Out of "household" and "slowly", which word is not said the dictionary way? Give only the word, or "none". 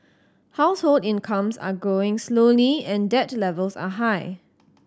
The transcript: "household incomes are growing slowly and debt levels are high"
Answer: none